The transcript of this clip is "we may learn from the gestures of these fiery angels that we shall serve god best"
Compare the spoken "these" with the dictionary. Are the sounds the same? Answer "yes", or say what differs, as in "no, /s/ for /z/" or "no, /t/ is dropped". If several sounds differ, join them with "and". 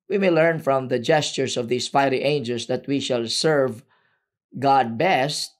no, /s/ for /z/